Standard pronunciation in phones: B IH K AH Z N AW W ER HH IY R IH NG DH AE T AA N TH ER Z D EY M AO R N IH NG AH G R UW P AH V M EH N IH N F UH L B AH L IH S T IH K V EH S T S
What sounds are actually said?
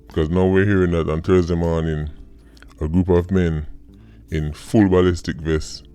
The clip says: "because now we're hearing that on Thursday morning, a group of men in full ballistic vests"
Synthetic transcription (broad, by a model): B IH K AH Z N AW W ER HH IY R IH NG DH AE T AA N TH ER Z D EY M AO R N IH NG AH G R UW P AH V M EH N IH N F UH L B AH L IH S T IH K V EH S S